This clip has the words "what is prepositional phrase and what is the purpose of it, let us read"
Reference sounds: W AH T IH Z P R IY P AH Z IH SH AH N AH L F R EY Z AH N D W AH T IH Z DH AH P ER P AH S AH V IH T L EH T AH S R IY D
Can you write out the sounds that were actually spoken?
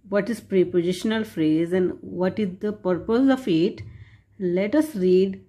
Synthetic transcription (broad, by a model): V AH T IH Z P R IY P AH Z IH SH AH N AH L F R EY Z AH N D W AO T IH Z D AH P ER P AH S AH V IH T L EH T AH S R IY D